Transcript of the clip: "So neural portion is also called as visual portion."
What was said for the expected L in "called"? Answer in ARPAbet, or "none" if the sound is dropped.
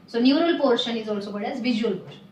none